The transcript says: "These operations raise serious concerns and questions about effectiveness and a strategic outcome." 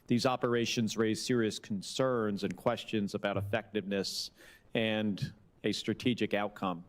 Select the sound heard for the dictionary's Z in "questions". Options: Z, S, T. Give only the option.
Z